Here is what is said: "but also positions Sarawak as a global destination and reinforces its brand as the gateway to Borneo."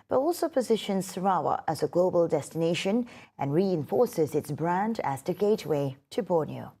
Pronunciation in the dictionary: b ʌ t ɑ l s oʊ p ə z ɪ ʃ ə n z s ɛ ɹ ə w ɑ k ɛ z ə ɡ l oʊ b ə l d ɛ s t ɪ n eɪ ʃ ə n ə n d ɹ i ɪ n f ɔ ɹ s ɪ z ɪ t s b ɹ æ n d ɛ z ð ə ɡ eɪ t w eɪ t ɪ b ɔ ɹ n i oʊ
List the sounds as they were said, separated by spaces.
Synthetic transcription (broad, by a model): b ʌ t ɑ l s oʊ p ə z ɪ ʃ ə n z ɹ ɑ ə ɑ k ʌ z ə ɡ l oʊ b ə l d ɛ s t ɪ n eɪ ʃ ə n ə n ɹ i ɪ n f ɔ ɹ s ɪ z ɪ t s b ɹ æ n d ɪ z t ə ɡ eɪ t w eɪ t ɪ b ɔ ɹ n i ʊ